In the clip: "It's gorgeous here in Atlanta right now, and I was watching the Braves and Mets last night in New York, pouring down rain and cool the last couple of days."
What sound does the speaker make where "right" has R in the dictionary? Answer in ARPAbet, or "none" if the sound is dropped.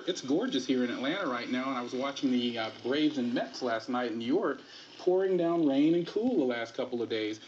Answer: R